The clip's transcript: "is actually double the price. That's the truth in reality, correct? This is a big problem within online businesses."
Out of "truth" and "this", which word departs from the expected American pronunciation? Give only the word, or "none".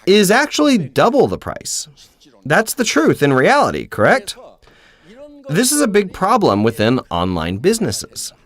none